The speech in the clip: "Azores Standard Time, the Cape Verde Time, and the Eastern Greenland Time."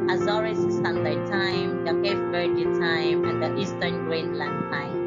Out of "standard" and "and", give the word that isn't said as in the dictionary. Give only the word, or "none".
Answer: standard